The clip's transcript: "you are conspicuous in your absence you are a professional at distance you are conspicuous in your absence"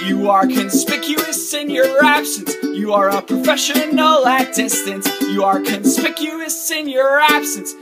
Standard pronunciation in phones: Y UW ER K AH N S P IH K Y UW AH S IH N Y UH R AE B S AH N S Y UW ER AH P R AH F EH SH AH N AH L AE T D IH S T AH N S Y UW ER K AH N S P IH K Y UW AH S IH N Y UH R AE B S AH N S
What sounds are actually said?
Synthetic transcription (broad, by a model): Y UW ER K AH N S P IH K Y UW AH S IH N Y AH R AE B S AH N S Y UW ER AH P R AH F EH SH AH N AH N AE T D IH S T AH N S Y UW ER K AH N S P IH K Y UW AH S IH N Y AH R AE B S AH N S